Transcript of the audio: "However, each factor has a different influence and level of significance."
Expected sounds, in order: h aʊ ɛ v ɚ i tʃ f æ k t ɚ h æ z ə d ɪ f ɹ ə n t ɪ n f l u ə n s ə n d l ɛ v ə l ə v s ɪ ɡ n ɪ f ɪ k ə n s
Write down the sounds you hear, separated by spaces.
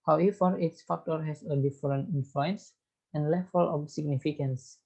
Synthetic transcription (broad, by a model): h aʊ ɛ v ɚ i s f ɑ k t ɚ h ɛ s ə d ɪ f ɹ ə n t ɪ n f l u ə n s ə n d l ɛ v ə l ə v s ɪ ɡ n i f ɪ k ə n s